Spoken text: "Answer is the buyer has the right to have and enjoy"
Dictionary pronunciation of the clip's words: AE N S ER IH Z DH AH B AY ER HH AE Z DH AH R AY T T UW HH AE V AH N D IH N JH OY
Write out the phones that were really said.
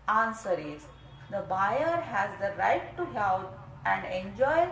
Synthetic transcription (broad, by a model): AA N S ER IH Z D AH B AY ER HH AE Z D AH R AY T T UW HH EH P AH N D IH N JH OY